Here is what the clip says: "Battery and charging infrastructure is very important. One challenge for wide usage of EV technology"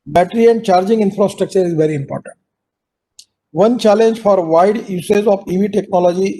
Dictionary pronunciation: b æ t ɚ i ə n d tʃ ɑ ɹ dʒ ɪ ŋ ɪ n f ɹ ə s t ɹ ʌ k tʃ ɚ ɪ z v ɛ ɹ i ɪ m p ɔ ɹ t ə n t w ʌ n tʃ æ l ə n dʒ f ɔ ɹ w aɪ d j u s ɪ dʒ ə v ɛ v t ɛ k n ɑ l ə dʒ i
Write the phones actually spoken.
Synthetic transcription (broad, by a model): b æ t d i ə n d tʃ ɑ ɹ dʒ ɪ ŋ ɪ n f ɹ ə s t ɹ ʌ k tʃ ɚ ɪ z v ɛ ɹ i ɪ m p ɔ ɹ t ə n t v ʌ n tʃ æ l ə n dʒ f ɔ ɹ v aɪ d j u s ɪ z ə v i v t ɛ k n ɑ l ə dʒ i